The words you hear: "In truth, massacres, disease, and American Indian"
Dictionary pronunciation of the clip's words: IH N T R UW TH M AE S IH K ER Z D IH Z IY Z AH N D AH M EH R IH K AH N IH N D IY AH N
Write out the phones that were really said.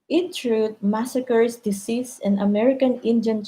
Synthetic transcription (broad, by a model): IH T R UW T M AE S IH K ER S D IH S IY S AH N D AH M EH R IH K AH N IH N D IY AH N